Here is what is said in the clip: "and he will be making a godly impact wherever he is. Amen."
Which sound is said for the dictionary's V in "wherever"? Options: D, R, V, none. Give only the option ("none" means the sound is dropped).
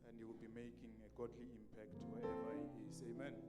none